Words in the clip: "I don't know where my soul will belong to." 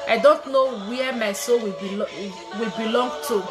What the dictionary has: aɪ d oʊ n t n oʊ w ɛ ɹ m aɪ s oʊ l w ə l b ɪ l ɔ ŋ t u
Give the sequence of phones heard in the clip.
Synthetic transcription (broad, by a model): aɪ d oʊ n t n oʊ w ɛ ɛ m aɪ s oʊ l w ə w b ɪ l ɔ ŋ t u